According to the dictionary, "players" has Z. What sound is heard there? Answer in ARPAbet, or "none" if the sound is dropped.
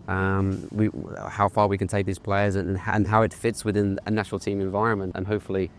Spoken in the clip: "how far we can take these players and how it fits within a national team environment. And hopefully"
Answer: Z